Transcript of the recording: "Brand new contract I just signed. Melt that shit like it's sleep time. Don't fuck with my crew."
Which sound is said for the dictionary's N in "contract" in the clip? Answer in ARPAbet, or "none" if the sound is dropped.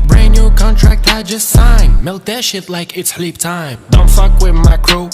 N